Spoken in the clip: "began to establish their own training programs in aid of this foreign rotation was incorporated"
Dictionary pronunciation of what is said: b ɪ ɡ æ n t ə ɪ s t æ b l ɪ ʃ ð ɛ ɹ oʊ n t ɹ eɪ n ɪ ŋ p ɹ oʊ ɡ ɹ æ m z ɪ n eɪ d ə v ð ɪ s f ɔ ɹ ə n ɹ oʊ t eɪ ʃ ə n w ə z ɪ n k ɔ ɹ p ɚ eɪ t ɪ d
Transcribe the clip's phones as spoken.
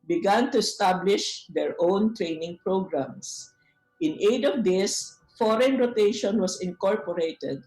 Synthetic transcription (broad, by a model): b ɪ ɡ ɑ n t ə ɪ s t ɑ b l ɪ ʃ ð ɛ ɹ oʊ n t ɹ eɪ n ɪ ŋ p ɹ oʊ ɡ ɹ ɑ m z ɪ n eɪ d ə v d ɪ s f ɔ ɹ ə n ɹ oʊ t eɪ ʃ ə n w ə s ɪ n k ɔ ɹ p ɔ eɪ t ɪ d